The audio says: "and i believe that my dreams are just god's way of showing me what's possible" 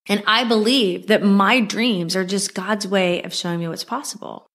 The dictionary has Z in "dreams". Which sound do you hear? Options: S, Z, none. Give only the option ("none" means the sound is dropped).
Z